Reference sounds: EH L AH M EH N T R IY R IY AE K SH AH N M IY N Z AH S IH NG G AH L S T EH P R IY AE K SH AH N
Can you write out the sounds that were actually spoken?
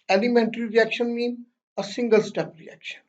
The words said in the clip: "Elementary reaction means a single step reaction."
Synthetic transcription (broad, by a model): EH L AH M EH N T R IY R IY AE K SH AH N M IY N AH S IH NG G AH L S T EH P R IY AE K SH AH N